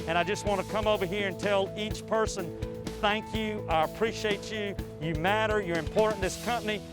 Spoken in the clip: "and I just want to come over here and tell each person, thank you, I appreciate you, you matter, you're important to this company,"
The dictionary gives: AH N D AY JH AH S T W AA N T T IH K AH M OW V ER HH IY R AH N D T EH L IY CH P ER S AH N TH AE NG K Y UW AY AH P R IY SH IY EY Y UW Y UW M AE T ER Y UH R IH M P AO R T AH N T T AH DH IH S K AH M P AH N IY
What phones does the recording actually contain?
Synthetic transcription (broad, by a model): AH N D AY JH AH S T W AA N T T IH K AH M OW V ER HH IY R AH N T EH L IY CH P ER S AH N TH AE NG K Y UW AY AH P R IY SH IY EY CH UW Y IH M AE T ER Y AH R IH M P AO R T N DH IH S K AH M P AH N IY